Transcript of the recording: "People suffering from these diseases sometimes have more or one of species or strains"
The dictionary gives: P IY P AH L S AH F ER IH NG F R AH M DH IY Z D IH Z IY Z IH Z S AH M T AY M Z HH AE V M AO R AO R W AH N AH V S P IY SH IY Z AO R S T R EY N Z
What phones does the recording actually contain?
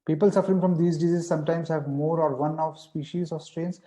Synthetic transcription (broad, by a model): P IY P AH L S AH F ER IH NG F R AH M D IY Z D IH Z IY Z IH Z S AH M T AY M Z HH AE V M AO R AO R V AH N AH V S P IY SH IY Z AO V S T R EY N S